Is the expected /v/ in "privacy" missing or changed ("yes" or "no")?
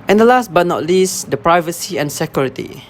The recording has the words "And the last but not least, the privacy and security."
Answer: no